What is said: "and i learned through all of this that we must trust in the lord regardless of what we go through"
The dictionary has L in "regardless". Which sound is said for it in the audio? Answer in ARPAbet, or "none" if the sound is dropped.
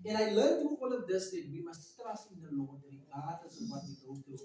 none